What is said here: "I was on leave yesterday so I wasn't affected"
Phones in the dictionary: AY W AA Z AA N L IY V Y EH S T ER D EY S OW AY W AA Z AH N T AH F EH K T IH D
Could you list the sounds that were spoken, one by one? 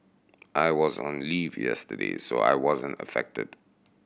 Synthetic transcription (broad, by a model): AY W AA Z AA N L IY V Y EH S T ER D EY S OW AY W AA Z AH N T AH F EH K T IH D